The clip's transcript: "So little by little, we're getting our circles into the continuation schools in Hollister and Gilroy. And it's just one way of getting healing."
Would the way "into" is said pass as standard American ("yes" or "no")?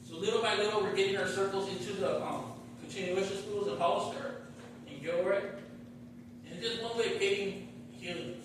yes